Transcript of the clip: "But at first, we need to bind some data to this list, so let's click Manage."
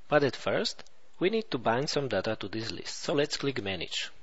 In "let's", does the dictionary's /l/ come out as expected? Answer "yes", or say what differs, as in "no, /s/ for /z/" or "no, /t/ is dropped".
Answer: yes